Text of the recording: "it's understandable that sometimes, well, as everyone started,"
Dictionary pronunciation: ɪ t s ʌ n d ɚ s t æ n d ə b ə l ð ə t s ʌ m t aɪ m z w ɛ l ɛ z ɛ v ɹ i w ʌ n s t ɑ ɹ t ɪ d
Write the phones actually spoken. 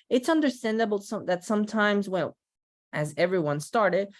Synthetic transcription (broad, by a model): ɪ t s ʌ n d ɚ s t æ n d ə b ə ð ə t s ʌ m t aɪ m z w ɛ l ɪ z ɛ v ɹ i w ʌ n s t ɑ ɹ t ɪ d